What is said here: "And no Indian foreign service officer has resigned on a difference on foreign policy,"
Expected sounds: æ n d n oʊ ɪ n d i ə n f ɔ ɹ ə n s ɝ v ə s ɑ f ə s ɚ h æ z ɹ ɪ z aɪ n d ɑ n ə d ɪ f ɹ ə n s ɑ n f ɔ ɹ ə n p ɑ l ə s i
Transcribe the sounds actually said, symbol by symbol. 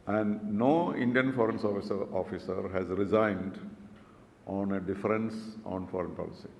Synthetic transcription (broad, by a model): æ n d n oʊ ɪ n d i ə n f ɔ ɹ ə n s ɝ f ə s ɑ f ə s ɚ h æ z ɹ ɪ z aɪ n d ɑ n ə d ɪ f ɹ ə n s ɑ n f ɔ ɹ ə n p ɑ l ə s i